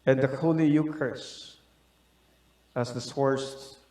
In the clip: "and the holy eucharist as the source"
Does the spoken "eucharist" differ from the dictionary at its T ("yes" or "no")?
yes